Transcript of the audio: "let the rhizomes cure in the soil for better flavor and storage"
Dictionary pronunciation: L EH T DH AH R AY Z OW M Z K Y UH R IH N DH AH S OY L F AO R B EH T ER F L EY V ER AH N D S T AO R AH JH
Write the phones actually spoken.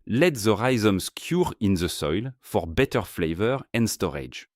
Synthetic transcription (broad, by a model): L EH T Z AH R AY Z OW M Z K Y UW R IH N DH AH S OY L F AO R B EH T ER F L EY V ER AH N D S T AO R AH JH